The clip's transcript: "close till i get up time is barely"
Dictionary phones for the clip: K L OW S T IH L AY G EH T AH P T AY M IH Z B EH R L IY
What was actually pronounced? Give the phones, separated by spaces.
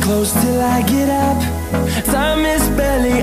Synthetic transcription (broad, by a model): K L OW S T IH L AY G EH T AH P S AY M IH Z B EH L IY